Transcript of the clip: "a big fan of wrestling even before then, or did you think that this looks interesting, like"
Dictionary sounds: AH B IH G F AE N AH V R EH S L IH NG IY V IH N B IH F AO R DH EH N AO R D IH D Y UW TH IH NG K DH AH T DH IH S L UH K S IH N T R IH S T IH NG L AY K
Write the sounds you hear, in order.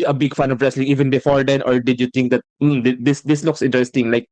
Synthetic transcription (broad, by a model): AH B IH G F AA N AH V R EH S L IH NG IY V IH N B IH F AO R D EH N AO R D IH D Y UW T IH NG K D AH T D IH S L UH K S IH N T R IH S T IH NG L AY K